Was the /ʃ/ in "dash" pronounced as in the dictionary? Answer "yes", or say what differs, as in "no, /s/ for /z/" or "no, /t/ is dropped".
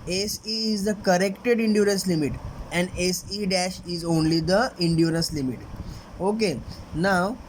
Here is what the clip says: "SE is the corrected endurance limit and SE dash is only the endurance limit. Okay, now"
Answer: yes